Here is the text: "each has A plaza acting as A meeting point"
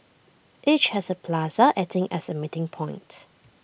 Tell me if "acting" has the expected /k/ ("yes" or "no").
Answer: no